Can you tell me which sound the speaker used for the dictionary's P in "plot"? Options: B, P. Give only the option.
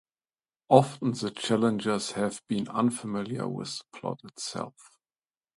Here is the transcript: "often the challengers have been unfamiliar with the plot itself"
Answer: P